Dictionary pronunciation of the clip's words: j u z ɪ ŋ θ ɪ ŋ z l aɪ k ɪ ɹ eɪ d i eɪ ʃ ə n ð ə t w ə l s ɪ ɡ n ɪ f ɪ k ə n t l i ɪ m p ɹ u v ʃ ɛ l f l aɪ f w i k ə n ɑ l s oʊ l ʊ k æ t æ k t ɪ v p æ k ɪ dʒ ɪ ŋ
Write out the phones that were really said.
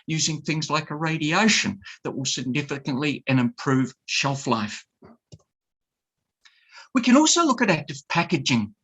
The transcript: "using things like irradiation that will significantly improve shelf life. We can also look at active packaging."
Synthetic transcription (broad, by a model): j u z ɪ ŋ θ ɪ ŋ z l aɪ k ɪ ɹ eɪ d i eɪ ʃ ə n ð ə t w ə l s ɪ ɡ n ɪ f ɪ k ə n t l i ɪ m p ɹ u v ʃ ɛ l f l aɪ f w i k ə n ɑ l s oʊ l ʊ k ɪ t æ k t ɪ v p æ k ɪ dʒ ɪ ŋ